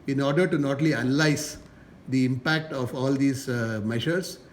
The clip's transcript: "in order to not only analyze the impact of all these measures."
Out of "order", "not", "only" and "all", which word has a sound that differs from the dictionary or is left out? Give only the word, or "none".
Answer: only